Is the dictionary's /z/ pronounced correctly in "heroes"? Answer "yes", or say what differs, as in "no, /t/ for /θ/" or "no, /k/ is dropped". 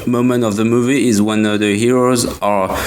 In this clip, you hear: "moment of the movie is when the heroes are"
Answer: yes